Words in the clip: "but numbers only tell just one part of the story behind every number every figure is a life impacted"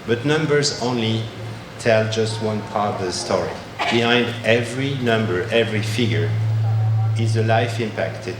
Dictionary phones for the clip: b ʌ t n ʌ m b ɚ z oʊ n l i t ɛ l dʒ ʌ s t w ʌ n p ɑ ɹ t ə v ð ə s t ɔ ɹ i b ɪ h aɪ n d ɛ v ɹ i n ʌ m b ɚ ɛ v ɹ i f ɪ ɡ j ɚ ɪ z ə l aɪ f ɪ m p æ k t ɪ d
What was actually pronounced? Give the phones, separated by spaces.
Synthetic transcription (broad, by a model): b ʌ t n ʌ m b ɚ z oʊ n l i t ɛ l dʒ ʌ s t w ʌ n p ɑ ɹ t ə v ð ə s t ɔ ɹ i b ɪ h aɪ n d ɛ v ɹ i n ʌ m b ɚ ɛ v ɹ i f ɪ ɡ j ɚ ɪ z ə l aɪ f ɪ m p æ k t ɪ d